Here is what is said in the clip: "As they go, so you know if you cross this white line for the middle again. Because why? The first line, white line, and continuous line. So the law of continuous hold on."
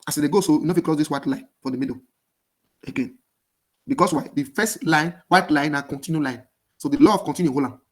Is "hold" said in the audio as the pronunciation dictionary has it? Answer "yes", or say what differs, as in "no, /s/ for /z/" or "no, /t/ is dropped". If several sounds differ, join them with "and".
no, /d/ is dropped